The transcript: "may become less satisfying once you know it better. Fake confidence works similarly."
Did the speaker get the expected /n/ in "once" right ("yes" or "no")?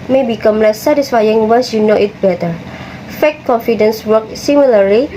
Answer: no